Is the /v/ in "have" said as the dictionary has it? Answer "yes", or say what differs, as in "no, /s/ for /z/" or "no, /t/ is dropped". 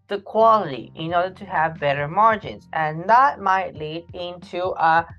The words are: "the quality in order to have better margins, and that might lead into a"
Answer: yes